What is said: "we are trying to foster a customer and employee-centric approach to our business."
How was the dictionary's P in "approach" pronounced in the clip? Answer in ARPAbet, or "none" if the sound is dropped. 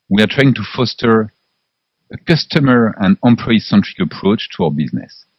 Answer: P